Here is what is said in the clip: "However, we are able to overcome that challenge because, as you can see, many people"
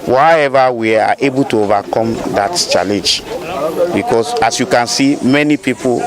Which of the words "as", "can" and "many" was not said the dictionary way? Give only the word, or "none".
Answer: as